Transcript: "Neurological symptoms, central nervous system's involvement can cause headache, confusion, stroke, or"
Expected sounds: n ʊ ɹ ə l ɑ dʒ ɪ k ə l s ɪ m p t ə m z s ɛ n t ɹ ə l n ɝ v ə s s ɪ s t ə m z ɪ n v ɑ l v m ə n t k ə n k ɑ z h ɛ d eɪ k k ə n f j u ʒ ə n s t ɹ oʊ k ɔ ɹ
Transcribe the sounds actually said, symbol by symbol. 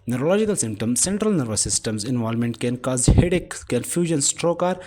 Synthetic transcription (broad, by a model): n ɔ ɹ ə l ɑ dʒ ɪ k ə l s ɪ m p t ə m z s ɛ n t ɹ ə l n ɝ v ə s s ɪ s t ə m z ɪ n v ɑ l m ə n t k ə n k ɑ z h ɛ d eɪ k k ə n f j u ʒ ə n s t ɹ oʊ k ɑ ɹ